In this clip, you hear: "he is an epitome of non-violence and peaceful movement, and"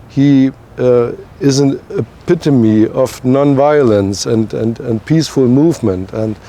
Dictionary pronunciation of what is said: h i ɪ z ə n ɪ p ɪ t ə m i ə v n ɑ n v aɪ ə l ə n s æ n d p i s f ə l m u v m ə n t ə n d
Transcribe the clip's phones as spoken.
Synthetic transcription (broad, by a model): h i ɪ z ə n ɪ p ɪ t ə m i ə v n ɑ n v aɪ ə l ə n s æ n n p i s f ə l m u v m ə n t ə n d